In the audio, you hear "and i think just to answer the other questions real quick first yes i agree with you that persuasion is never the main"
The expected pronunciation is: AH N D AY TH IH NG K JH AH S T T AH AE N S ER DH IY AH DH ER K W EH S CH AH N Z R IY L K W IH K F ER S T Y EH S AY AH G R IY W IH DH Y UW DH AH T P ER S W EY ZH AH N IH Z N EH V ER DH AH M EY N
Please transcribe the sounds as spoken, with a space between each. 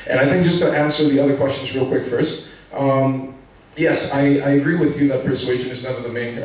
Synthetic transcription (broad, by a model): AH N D AY TH IH NG K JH AH S T T AE N S ER DH IY AH DH ER K W EH S CH AH N Z R IY L K W IH K F ER S T Y EH S AY AH G R IY W IH DH Y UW DH AH T P ER S W EY ZH AH N IH Z N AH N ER DH AH M EY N